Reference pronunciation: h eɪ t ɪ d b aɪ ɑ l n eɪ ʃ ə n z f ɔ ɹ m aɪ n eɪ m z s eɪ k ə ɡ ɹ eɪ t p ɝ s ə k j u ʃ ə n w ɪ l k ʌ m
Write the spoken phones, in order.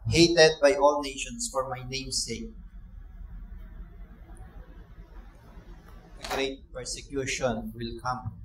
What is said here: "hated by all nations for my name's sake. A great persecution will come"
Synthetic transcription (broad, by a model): h eɪ t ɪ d b aɪ ɑ l n eɪ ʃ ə n s f ɔ ɹ m aɪ n eɪ m s eɪ k ə ɡ ɹ eɪ t p ɝ s ə k j u ʃ ə n w ɪ l k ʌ m